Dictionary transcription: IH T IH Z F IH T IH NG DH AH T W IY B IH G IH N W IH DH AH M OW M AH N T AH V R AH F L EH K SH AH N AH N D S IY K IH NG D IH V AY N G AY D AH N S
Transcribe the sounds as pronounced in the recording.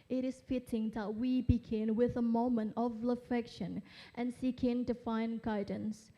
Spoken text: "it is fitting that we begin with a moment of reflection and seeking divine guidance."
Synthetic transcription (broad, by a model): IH T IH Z F IH T IH NG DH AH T W IY B IH G IH N W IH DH AH M OW M AH N T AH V L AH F EH K SH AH N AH N S IY K IH NG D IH F AY N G AY D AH N S